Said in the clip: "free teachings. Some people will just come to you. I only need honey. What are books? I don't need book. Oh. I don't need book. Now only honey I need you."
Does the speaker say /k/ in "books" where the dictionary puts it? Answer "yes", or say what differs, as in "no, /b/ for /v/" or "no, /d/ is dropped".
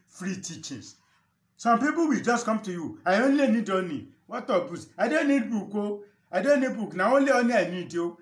no, /k/ is dropped